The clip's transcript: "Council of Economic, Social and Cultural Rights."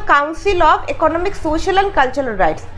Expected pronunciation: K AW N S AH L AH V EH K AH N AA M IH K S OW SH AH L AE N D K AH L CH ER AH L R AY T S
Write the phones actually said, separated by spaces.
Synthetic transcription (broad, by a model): K AW N S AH L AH B EH K AH N AA M IH K S OW SH AH L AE N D K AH L CH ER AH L R AY T S